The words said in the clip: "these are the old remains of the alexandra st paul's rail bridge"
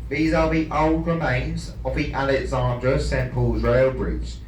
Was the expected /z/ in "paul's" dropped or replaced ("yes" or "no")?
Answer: no